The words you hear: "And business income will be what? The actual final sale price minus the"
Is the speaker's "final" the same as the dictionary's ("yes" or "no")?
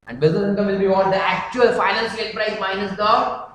no